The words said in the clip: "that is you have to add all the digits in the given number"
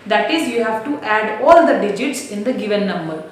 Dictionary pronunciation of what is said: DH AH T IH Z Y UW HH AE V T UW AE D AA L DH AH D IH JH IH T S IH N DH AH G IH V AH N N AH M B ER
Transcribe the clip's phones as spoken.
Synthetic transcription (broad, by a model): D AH T IH Z Y UW HH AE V T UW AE D AA L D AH D IH JH IH T S IH N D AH G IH V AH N N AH M B ER